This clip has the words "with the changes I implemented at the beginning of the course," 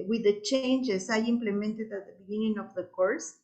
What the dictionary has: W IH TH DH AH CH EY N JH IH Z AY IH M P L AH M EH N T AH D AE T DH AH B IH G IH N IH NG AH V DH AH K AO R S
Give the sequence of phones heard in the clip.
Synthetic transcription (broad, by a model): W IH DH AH CH EY N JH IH S AY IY M P L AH M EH N T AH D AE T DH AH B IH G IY N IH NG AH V DH AH K AO R S